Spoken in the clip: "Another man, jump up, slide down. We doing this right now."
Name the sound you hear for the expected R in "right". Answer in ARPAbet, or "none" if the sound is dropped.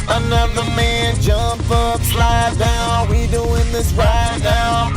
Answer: R